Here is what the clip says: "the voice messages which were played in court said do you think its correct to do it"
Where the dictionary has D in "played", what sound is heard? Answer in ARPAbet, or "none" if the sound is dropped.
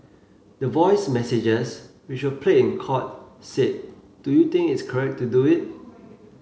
none